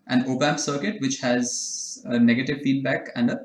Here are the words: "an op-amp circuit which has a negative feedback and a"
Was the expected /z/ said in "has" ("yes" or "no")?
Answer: yes